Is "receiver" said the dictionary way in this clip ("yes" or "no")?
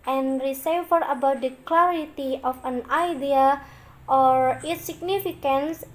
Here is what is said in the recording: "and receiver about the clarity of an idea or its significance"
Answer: no